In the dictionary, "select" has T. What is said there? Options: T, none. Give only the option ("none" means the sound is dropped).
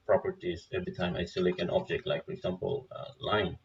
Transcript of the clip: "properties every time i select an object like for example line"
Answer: none